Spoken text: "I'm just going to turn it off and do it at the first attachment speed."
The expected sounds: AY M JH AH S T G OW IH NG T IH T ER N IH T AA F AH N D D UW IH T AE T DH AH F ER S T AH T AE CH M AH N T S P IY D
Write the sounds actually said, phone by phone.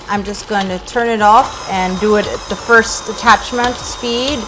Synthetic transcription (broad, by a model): AY M JH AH S G OW IH NG T IH T ER N IH T AA F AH N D D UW IH T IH T DH AH F ER S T AH T AE CH M AH N T S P IY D